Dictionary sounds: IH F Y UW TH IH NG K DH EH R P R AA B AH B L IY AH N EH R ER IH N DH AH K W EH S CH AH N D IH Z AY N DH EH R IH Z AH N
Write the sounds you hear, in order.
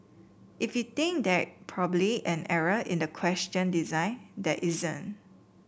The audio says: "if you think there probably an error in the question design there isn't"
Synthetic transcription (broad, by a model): IH F Y UW T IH NG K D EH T P R AA B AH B L IY AH N EH R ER IH N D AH K W EH S CH AH N D IH Z AY N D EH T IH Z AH N